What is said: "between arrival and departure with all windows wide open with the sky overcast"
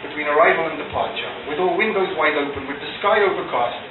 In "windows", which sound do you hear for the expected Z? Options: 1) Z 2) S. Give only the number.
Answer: 1